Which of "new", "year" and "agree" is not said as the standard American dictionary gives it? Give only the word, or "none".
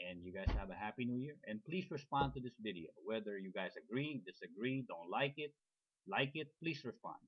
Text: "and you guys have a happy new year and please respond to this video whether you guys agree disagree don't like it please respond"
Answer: none